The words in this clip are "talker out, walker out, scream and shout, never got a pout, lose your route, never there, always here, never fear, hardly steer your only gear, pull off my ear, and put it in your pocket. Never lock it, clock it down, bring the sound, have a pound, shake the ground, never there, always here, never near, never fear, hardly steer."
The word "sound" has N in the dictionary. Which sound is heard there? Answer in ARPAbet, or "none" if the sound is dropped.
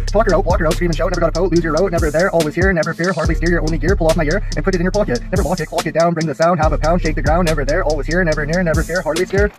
N